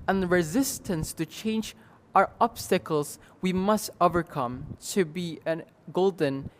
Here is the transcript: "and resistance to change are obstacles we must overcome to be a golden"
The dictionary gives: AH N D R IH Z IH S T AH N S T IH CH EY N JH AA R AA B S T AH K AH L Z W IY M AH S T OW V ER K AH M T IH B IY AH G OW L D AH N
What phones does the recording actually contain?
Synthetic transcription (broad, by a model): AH N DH R IH Z IH S T AH N S T IH CH EY N JH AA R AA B S T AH K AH L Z W IY M AH S T OW V ER K AH M T IH B IY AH G OW L D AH N